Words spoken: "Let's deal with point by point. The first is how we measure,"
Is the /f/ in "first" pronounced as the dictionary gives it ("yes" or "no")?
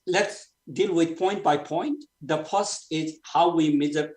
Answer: no